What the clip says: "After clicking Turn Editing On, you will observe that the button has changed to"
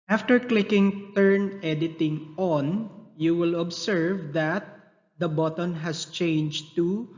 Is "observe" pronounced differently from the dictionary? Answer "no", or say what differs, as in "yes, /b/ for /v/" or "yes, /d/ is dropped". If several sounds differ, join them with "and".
yes, /s/ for /z/